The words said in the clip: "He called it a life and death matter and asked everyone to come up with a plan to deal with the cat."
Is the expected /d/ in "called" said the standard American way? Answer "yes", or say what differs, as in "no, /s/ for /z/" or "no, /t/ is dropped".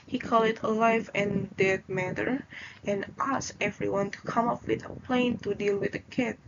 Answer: no, /d/ is dropped